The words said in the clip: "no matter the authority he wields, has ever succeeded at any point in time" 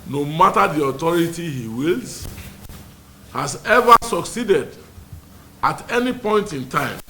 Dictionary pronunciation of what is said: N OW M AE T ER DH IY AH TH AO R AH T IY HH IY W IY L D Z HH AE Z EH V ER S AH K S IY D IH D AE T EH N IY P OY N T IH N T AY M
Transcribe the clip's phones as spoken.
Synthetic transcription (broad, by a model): N OW M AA T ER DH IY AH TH AO R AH T IY HH IY W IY L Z HH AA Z EH V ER S AH K S IY D IH D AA T EH N IY P OY N T IH N T AY M